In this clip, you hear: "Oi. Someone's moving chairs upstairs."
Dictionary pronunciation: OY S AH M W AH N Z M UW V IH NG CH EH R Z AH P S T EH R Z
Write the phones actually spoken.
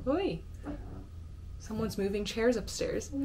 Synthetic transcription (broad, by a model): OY S AH M W AH N Z M UW V IH NG CH EH R Z AH P S T EH R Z